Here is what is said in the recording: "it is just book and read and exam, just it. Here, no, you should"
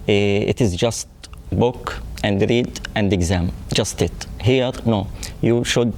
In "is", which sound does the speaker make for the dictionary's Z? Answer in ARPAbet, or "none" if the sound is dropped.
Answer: Z